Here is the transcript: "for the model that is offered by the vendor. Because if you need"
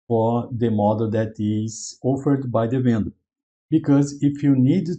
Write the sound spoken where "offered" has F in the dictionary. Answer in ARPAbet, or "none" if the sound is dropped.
F